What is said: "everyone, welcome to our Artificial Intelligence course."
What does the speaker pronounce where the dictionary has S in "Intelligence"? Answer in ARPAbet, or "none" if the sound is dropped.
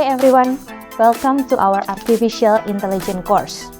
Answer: none